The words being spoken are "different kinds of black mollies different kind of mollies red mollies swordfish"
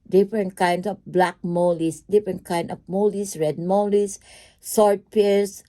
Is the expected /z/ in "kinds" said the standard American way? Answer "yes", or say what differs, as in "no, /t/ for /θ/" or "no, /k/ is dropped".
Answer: no, /s/ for /z/